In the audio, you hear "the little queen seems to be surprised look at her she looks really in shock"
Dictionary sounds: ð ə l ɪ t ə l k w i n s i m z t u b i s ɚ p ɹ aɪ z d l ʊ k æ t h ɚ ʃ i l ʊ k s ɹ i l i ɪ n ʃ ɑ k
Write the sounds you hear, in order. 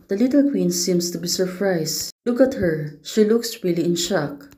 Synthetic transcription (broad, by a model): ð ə l ɪ t ə l k w i n s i m s t u b i s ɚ p ɹ aɪ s l ʊ k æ t h ɚ ʃ i l ʊ k s ɹ i l i ɪ n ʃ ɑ k